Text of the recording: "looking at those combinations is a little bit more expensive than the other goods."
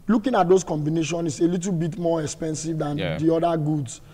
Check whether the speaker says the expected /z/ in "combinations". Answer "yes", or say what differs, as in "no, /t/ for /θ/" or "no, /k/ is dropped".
no, /z/ is dropped